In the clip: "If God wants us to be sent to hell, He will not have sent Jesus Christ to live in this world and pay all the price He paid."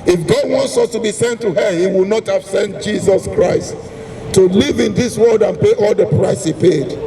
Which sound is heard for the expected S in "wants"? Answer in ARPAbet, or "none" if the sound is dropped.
S